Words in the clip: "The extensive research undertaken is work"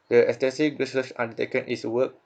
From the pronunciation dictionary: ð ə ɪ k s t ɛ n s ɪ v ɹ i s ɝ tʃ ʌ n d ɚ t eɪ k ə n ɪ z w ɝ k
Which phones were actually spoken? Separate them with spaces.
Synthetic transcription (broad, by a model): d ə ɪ s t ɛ s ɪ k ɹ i s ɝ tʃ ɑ n d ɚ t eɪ k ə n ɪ s w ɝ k